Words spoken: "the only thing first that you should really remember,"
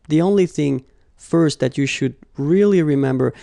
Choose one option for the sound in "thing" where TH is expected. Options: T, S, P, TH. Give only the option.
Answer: TH